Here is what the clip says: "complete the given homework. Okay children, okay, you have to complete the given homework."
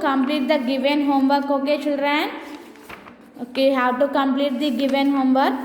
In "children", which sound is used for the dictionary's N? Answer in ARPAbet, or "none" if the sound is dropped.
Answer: none